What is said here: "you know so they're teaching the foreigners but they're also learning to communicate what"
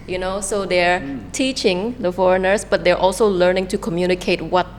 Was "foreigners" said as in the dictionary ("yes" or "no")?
no